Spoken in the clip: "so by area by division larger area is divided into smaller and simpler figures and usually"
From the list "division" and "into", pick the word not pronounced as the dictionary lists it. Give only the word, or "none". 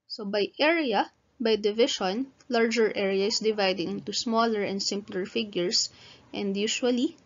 division